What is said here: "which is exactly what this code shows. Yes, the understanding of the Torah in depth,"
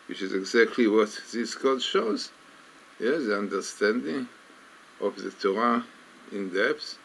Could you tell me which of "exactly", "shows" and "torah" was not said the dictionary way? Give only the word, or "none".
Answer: none